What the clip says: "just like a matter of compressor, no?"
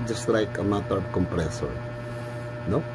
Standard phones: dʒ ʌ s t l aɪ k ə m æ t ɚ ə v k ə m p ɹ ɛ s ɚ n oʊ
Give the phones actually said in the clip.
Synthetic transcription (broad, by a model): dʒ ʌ s t l aɪ k ə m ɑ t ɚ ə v k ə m p ɹ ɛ s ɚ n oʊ